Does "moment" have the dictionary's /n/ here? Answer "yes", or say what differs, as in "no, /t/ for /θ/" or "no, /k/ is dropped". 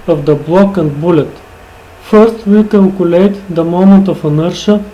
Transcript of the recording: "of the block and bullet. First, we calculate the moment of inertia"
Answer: no, /n/ is dropped